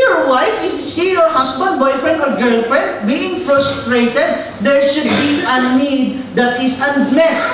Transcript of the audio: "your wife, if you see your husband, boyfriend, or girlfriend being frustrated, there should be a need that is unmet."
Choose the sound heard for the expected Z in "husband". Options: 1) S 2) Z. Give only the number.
1